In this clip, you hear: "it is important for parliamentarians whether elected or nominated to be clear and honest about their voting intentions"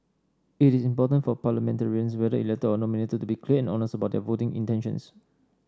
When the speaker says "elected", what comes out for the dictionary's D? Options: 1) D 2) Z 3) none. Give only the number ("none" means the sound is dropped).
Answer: 3